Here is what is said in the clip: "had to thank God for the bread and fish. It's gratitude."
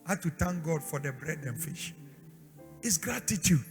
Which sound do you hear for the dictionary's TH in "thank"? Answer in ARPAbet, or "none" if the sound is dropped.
T